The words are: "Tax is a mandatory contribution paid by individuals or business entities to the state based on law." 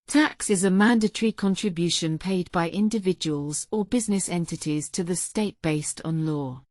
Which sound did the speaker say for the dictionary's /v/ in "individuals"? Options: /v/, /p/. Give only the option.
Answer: /v/